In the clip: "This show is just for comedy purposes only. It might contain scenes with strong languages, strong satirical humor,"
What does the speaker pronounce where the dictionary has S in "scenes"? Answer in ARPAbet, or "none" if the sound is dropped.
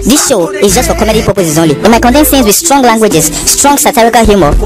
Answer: TH